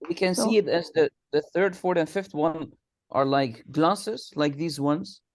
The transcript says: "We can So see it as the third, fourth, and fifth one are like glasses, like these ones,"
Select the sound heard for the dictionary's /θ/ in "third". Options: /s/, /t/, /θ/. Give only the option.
/θ/